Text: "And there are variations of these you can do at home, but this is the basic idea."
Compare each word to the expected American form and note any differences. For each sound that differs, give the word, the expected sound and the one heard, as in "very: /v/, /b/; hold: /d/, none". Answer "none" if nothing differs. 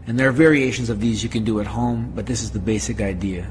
none